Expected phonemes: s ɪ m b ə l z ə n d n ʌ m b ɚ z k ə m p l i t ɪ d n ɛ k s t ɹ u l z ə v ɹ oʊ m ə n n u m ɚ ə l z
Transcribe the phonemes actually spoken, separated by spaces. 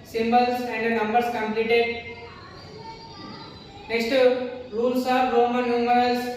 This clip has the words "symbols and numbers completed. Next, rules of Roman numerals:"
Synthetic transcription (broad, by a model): s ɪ m b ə l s ə n d n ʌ m b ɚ s k ə m p l i t ɪ d n ɛ k s t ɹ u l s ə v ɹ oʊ m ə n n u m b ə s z